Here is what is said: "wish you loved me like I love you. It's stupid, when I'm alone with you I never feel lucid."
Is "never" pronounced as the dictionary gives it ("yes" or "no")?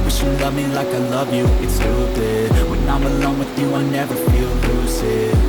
yes